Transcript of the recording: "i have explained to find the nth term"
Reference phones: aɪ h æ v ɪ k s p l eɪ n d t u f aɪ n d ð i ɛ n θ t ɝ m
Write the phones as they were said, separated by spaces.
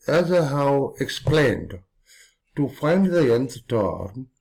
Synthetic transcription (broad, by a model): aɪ h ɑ w ɪ k s p l eɪ n d t u f aɪ n d ð i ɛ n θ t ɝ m